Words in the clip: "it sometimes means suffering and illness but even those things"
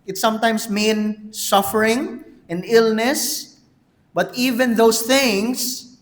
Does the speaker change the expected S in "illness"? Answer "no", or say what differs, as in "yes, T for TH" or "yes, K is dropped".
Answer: no